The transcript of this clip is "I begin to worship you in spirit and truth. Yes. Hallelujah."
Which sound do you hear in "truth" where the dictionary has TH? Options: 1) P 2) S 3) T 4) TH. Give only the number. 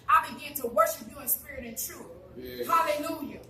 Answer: 4